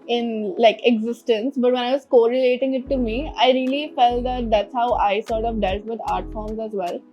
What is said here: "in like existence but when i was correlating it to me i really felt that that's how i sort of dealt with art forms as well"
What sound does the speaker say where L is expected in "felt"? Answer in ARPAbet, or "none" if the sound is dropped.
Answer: L